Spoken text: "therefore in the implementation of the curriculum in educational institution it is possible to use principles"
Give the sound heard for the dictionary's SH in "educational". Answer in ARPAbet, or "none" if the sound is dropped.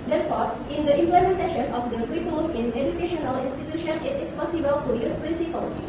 SH